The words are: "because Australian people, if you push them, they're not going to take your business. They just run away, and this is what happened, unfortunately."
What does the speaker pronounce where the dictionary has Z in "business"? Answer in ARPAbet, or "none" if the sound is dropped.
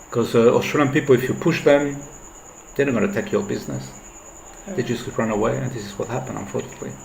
Z